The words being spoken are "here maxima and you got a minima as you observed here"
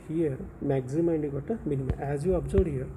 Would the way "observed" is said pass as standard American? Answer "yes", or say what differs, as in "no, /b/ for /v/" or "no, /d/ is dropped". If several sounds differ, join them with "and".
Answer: no, /v/ is dropped